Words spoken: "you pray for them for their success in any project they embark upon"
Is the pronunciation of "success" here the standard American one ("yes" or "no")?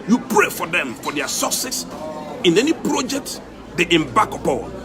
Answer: no